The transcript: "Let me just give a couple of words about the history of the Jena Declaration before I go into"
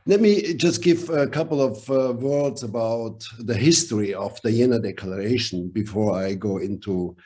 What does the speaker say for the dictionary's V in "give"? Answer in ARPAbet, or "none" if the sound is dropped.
V